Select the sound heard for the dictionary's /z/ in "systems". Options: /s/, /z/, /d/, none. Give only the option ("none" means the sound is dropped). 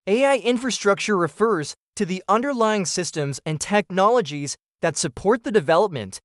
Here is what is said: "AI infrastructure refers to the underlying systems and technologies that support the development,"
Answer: /z/